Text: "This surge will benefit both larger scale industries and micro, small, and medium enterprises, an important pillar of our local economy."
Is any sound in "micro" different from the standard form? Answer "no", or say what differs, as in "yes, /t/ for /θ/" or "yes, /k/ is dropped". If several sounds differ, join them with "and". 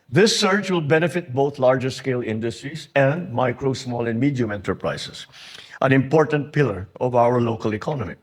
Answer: no